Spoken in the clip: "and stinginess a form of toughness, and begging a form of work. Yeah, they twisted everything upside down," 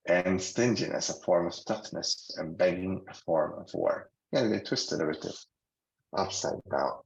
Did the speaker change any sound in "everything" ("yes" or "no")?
yes